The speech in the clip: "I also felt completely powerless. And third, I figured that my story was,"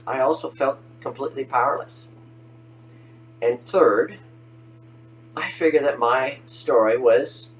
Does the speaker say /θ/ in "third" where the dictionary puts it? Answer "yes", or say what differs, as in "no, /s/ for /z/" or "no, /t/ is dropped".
yes